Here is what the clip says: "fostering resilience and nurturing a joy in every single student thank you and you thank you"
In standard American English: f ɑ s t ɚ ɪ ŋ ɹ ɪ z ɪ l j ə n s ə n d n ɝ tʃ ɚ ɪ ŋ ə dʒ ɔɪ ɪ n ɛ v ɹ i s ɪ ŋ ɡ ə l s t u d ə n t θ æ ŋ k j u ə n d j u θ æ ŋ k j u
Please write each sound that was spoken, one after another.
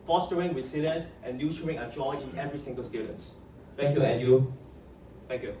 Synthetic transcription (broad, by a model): f ɑ s t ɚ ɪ ŋ w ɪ s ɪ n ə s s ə n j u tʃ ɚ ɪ ŋ ə dʒ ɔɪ ɪ n ɛ v ɹ i s ɪ ŋ ɡ ə l s t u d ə n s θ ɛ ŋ k j u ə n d j u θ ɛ ŋ k j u